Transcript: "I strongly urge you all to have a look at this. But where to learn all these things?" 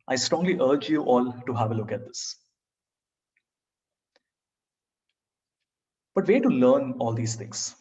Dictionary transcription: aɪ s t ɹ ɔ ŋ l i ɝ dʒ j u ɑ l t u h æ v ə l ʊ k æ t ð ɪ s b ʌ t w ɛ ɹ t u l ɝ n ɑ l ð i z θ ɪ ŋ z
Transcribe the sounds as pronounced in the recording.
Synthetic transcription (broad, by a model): aɪ s t ɹ ɔ ŋ l i ɝ dʒ j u ɑ l t u h æ v ə l ʊ k æ t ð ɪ s b ʌ t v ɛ t u l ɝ n ɑ l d i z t ɪ ŋ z